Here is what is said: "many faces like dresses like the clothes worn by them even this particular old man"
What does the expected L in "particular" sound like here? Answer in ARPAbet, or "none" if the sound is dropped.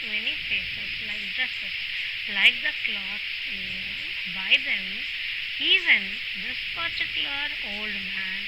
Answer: none